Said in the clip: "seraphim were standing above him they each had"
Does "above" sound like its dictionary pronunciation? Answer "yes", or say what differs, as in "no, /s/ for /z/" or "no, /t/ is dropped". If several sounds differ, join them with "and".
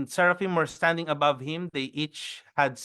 yes